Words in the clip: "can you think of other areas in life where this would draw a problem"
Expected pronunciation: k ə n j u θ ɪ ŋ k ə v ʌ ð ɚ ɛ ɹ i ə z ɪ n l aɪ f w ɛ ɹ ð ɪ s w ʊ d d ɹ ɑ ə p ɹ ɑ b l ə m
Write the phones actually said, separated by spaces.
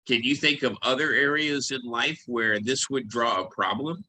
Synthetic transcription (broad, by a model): k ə n j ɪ θ ɪ ŋ k ə v ʌ ð ɚ ɛ ɹ i ə z ɪ n l aɪ f w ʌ ɹ ð ɪ s w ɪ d d ɹ ɑ ə p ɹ ɑ b l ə m